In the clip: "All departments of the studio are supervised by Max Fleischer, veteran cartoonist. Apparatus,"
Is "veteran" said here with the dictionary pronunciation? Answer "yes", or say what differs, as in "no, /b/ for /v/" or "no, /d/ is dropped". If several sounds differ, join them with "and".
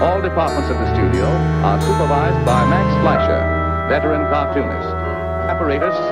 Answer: no, /b/ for /v/ and /l/ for /ɹ/